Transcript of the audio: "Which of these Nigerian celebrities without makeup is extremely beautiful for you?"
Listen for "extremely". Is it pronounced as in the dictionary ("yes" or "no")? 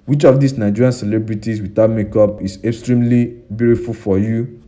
yes